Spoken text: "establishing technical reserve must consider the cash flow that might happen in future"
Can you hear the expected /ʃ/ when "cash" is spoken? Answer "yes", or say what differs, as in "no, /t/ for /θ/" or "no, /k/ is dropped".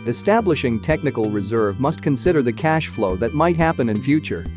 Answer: yes